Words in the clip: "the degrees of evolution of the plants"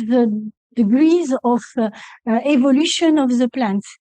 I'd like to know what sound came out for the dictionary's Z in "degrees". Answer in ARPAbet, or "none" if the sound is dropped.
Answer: Z